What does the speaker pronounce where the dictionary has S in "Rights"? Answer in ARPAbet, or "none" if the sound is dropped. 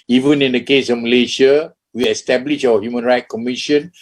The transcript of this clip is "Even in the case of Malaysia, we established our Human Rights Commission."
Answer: none